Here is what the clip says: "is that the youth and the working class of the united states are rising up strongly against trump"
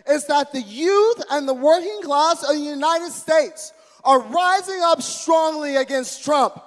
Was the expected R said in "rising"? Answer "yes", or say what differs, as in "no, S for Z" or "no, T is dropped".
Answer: yes